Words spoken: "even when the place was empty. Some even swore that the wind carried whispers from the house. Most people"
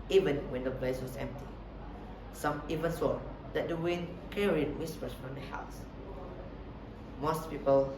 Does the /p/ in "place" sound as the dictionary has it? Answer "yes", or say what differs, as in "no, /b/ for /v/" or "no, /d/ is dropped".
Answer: no, /b/ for /p/